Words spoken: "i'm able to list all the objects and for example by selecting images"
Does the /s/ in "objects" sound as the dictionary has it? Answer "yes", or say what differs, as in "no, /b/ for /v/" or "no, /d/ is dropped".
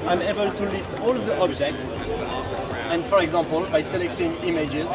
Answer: yes